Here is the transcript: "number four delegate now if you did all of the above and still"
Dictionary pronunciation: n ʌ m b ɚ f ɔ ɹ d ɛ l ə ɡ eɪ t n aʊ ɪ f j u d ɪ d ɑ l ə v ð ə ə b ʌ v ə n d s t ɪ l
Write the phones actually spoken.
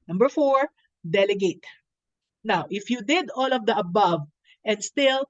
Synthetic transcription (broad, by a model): n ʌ m b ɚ f ɔ ɹ d ɛ l ə ɡ eɪ t n aʊ ɪ f j u d ɪ d ɑ l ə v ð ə ə b ʌ v ə n d s t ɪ l